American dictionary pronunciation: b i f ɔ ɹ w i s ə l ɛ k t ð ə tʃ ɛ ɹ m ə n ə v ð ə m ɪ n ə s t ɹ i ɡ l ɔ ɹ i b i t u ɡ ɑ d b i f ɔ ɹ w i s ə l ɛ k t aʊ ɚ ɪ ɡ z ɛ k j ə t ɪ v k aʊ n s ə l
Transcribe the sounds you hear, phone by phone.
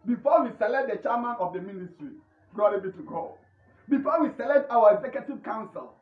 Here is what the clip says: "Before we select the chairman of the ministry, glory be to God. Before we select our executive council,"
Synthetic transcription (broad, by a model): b i f ɔ w i s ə l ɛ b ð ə tʃ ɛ m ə n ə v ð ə m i n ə s t ɹ i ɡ ɔ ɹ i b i t u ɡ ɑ b i f ɔ w i s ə l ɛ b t aʊ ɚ ɪ ɡ z ɛ k j ə t ɪ v k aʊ n s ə l